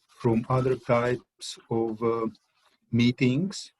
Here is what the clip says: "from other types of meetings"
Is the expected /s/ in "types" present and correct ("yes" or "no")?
yes